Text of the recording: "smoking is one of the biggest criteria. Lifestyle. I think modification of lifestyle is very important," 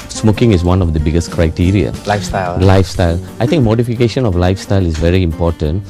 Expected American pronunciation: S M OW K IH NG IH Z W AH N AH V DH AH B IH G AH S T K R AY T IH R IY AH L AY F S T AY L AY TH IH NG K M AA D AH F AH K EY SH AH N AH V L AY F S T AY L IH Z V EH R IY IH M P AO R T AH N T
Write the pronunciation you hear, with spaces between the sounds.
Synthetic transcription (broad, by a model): S M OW K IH NG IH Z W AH N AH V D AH B IH G AH S T K R AY T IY R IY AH L AY F S T AY L AY T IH NG K M AA D AH F AH K EY SH AH N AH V L AY F S T AY L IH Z V EH R IY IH M P AO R T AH N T